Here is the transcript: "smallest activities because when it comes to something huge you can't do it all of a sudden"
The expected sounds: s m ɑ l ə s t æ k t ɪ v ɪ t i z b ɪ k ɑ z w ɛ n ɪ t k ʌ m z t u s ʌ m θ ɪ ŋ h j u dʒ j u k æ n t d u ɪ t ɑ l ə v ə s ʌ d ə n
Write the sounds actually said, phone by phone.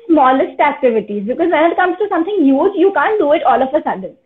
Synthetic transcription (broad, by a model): s m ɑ l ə s t æ k t ɪ v ɪ t i z b ɪ k ɑ z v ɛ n ɪ t k ʌ m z t u s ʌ m t ɪ ŋ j j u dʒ j u k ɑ n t d u ɪ t ɑ l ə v ə s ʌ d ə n